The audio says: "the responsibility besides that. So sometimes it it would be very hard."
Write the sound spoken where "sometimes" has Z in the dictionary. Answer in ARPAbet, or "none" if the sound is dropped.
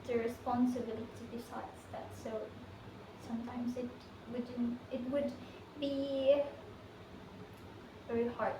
Z